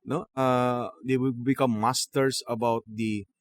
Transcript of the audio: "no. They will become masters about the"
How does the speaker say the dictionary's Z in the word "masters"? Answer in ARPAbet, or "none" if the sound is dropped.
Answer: S